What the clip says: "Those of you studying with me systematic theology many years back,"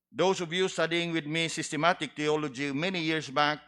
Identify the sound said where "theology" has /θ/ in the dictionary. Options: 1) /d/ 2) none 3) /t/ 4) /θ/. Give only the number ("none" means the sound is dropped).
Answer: 3